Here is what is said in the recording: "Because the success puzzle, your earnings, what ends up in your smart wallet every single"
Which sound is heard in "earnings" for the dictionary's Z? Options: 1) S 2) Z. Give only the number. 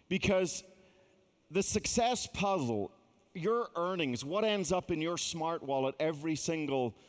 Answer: 2